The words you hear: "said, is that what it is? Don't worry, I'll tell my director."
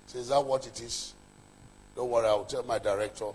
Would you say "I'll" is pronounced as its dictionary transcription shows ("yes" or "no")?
no